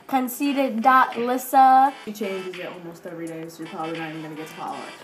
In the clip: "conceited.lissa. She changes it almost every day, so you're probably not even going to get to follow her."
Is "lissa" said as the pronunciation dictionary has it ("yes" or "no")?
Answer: yes